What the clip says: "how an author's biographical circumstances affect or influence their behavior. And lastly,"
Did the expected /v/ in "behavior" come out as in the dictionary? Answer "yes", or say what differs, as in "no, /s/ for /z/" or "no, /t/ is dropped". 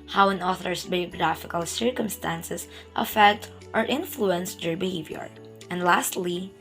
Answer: yes